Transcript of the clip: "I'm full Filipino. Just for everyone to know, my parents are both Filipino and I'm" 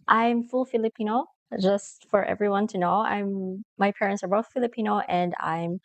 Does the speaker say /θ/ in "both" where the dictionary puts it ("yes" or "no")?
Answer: yes